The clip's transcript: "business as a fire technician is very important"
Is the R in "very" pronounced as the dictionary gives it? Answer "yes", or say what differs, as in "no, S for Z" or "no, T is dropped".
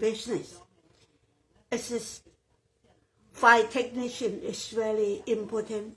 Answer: no, L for R